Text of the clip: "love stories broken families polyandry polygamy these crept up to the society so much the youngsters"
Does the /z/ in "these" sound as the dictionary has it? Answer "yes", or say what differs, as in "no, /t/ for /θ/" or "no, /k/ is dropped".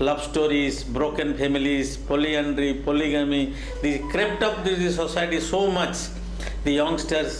no, /z/ is dropped